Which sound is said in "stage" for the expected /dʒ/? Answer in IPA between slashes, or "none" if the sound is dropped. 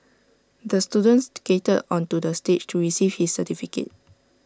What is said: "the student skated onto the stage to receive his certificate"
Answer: /tʃ/